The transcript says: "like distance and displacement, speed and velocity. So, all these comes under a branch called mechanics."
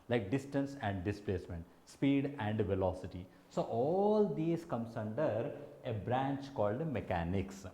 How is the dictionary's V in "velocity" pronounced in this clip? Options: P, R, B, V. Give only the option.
V